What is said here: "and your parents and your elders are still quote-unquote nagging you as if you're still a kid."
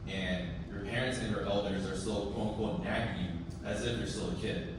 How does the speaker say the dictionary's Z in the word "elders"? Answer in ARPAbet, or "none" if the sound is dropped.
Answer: Z